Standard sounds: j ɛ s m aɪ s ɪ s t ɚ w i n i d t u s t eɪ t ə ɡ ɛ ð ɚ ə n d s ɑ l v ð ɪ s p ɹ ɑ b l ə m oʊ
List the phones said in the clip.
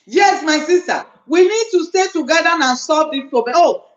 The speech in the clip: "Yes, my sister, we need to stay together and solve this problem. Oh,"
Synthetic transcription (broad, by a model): j ɛ s m aɪ s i s t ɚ w i n i d t u s t eɪ t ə ɡ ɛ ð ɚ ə n s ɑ v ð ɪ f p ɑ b ə oʊ